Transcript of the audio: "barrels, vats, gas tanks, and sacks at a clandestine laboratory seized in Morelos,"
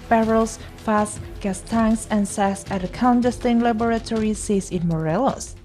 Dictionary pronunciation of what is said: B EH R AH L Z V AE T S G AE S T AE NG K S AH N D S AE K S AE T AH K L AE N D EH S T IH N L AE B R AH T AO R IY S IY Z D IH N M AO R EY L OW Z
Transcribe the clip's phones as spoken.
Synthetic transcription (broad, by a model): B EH R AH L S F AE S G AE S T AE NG S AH N S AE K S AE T AH K AE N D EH S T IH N L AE B R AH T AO R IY S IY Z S IH N M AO R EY L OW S